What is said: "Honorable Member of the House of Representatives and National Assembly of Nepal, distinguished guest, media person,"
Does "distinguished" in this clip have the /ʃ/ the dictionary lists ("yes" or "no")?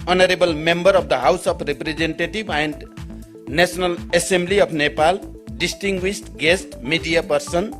no